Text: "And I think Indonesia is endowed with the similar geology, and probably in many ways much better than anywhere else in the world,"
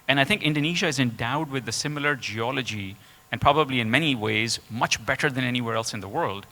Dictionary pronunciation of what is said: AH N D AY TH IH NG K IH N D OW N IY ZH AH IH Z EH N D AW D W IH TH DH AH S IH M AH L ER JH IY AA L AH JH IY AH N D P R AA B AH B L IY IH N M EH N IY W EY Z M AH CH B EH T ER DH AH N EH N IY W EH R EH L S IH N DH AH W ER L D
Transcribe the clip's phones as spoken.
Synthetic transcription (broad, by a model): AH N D AY TH IH NG K IH N D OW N IY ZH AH IH Z EH N D AW D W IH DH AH S IH M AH L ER JH IY AA L AH JH IY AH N P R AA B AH B L IY IH N M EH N IY W EY Z M AH CH B EH T ER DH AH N EH N IY W EH R EH L S IH N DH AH W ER L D